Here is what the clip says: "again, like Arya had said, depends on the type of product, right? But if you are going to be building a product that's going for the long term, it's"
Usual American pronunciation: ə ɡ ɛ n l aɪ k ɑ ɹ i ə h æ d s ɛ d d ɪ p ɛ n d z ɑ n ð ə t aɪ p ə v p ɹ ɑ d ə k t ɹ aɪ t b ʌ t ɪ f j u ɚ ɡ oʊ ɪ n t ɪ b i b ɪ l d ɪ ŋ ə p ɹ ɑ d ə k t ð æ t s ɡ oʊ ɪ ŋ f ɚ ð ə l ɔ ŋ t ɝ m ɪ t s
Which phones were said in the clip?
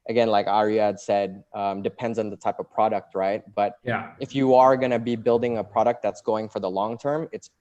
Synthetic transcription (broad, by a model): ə ɡ ɛ n l aɪ k ɑ ɹ i ə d s ɛ d d ɪ p ɛ n d z n ð ə t aɪ p ə v p ɹ ɑ d ə k t ɹ aɪ t b ʌ t ɪ f j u ɚ ɡ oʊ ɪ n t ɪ b i b ɪ l d ɪ ŋ ə p ɹ ɑ d ə k t ð æ t s ɡ oʊ ɪ ŋ f ɚ ð ə l ɔ ŋ t ɝ m ɪ t s